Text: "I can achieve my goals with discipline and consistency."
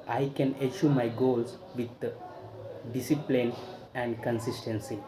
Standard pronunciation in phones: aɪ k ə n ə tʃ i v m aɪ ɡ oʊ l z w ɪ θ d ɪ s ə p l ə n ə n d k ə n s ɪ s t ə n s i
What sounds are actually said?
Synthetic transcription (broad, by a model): aɪ k ə n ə ʃ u m aɪ ɡ oʊ l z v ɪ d d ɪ s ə p l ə n ə n d k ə n s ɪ s t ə n s i